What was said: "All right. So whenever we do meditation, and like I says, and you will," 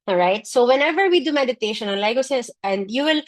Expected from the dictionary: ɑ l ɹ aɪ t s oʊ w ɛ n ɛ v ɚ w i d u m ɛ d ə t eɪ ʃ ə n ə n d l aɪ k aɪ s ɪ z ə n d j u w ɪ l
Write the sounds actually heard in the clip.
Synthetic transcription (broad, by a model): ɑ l ɹ aɪ t s oʊ w ɛ n ɛ v ɚ w i d u m ɛ d ə t eɪ ʃ ə n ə n l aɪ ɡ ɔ s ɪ s ə n d j u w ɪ l